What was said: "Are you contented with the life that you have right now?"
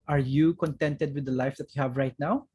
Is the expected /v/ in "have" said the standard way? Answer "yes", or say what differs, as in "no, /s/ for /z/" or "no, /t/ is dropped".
yes